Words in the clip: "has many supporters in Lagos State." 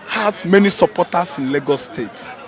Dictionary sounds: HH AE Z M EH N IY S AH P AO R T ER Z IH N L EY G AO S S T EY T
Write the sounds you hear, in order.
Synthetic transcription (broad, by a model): HH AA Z M EH N IY S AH P AO T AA S IH N L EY G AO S S T EY T